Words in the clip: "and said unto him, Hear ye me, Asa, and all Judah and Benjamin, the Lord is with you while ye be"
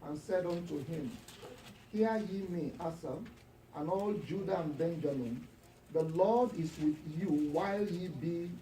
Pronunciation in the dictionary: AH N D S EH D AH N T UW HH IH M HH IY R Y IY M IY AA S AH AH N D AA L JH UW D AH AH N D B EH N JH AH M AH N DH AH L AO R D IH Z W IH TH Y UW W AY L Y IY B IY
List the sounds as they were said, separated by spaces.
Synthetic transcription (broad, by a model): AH N S EH D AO N T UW HH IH M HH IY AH Y IY M IY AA S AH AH N AA L JH UW D AH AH N B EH N JH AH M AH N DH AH L AO D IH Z W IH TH Y UW W AY L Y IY B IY